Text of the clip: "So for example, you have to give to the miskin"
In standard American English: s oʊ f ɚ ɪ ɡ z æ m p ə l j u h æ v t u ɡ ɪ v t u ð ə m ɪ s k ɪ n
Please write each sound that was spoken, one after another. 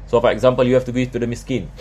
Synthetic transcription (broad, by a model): s oʊ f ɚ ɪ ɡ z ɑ m p ə l j u h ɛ f t u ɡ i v t u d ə m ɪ s k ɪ n